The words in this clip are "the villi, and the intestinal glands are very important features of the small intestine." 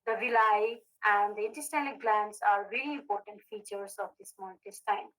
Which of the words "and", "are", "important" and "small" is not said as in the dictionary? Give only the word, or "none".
small